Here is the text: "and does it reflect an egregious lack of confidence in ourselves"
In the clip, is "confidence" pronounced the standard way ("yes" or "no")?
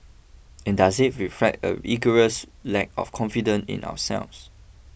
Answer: no